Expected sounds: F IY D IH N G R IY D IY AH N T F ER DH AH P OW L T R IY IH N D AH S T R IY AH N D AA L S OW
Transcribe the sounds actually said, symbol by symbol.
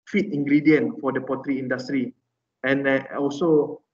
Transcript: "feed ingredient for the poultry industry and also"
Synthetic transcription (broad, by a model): F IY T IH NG G R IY D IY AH N F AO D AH P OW T R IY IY N D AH S T R IY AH N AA L S OW